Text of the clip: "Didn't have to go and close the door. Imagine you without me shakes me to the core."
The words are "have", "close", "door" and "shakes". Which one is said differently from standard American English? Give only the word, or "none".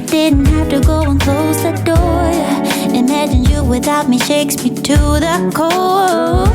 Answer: have